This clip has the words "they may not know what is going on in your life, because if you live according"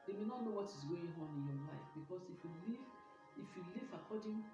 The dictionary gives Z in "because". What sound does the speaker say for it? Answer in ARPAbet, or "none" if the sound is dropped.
S